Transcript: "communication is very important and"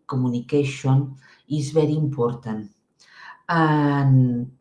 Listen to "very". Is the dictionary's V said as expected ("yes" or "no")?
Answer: no